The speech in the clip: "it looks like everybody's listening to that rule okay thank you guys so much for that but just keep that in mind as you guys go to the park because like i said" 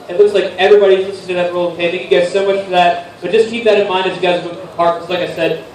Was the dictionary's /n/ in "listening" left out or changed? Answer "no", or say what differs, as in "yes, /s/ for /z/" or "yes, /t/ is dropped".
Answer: yes, /n/ is dropped